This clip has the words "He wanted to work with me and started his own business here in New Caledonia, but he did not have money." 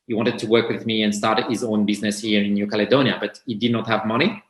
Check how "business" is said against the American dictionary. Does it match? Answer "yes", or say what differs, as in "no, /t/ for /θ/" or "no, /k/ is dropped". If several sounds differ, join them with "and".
yes